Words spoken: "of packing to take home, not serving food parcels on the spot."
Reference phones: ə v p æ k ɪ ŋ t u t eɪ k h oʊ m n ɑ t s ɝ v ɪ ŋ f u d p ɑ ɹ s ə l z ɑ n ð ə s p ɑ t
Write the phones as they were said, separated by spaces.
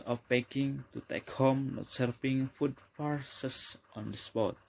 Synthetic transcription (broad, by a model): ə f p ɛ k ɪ ŋ t u t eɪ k h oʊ m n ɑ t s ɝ p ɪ ŋ f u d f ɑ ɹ s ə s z ɑ n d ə s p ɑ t